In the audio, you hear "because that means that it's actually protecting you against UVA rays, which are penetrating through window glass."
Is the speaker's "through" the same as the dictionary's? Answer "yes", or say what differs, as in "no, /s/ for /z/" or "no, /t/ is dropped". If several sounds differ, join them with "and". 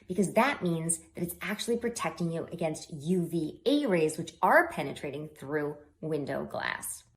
yes